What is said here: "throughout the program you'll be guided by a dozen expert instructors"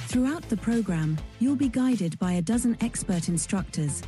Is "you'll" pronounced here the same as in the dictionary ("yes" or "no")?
yes